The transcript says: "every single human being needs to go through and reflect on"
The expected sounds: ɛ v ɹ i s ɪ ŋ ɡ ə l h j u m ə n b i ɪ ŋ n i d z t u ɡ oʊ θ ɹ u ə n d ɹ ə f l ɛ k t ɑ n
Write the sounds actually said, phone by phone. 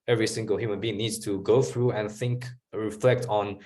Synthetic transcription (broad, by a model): ɛ v ɹ i s ɪ ŋ ɡ ə l h j u m ə n b i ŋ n i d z t u ɡ oʊ θ ɹ u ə n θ ɹ ə f l ɛ k t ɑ n